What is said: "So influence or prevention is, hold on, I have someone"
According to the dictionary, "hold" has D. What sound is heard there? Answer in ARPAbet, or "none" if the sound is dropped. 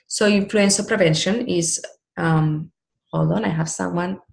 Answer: none